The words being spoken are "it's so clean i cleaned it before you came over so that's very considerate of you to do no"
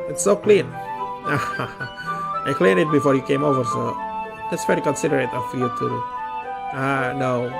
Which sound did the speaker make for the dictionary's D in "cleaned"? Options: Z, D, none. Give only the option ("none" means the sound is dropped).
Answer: none